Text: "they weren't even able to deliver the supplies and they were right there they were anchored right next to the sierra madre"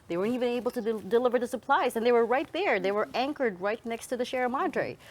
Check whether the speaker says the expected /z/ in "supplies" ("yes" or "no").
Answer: yes